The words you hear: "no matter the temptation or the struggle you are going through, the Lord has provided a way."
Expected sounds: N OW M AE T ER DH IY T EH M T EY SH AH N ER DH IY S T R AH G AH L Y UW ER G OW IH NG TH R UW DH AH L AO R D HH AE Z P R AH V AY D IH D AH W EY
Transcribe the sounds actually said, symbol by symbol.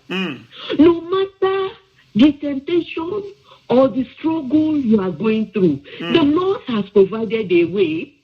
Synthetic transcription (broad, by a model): N OW M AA T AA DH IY T EH M T EY SH AH N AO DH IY S T R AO G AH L Y UW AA G OW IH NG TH R UW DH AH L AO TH HH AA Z P R AH V AY D IH D AH W EY